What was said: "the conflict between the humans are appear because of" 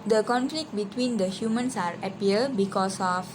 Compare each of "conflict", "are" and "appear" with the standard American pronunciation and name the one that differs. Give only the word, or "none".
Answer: appear